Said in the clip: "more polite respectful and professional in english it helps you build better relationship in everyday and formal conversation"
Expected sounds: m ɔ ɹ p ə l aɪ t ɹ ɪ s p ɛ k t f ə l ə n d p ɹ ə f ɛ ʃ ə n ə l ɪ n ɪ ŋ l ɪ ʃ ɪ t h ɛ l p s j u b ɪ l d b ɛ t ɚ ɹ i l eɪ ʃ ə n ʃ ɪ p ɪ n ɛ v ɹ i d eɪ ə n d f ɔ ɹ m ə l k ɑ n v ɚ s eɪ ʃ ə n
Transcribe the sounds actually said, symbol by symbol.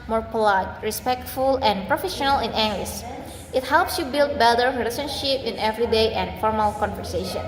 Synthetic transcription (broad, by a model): m ɔ ɹ p ə l aɪ t ɹ ɪ s p ɛ k t f ə l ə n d p ɹ ə f ɛ ʃ ə n ə l ɪ n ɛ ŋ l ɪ s ɪ t h ɛ l p s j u b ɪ l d b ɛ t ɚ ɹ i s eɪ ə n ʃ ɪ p ɪ n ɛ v ɹ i d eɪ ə n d f ɔ ɹ m ə l k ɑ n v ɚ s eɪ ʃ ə n